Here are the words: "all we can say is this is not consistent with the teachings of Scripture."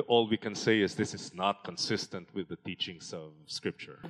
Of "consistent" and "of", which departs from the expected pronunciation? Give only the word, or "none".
none